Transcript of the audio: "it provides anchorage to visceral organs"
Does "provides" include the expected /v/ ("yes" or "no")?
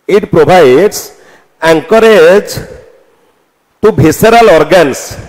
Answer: no